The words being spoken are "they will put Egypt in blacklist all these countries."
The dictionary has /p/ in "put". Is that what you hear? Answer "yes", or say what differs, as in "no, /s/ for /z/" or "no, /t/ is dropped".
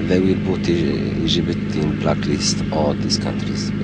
no, /b/ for /p/